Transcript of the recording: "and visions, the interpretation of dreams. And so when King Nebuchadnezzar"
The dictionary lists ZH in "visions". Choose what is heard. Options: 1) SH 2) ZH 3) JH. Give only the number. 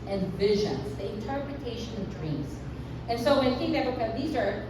2